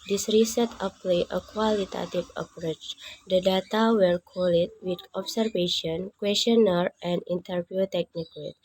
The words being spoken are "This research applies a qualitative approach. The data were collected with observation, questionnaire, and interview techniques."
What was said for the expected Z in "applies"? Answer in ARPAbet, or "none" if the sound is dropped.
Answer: none